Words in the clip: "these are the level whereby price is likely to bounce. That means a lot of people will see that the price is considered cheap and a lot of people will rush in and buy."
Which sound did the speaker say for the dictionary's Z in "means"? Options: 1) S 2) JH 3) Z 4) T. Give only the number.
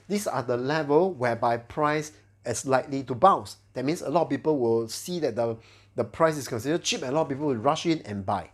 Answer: 1